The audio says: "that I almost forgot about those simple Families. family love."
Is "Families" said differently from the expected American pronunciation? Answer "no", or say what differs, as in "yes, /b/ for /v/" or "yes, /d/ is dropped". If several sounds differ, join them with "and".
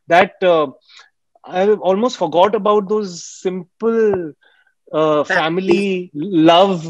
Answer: yes, /l/ is dropped